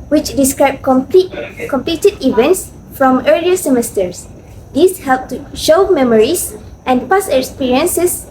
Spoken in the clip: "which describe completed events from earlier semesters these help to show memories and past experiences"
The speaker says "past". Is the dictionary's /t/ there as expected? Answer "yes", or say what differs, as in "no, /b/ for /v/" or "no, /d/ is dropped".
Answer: no, /t/ is dropped